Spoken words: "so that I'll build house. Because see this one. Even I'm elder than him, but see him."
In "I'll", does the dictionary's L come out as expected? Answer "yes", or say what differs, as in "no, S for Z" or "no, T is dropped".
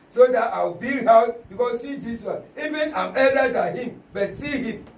no, W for L